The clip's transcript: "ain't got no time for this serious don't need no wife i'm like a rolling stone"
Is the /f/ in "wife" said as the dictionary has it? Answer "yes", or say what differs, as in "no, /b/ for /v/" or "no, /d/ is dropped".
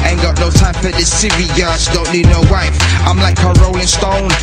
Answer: no, /f/ is dropped